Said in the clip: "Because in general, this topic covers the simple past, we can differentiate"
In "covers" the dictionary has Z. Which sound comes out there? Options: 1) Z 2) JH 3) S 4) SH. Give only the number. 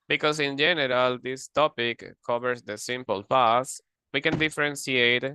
3